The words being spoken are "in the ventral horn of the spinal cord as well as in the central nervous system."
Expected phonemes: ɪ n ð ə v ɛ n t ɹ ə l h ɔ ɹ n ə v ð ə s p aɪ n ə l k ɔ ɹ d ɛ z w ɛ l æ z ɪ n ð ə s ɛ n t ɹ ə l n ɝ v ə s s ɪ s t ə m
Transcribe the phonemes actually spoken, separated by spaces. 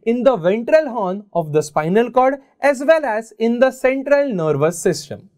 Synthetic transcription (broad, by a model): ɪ n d ə v ɛ n t ɹ ə l h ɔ n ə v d ə s p aɪ n ə l k ɔ ɹ d ɛ z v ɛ l æ z ɪ n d ə s ɛ n t ɹ ə l n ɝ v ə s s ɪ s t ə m